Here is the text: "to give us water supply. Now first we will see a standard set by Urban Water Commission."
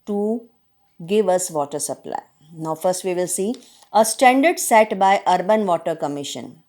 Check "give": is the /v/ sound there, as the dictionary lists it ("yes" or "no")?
yes